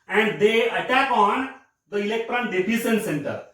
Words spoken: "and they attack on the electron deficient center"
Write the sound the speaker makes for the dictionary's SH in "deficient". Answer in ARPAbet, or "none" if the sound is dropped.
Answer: S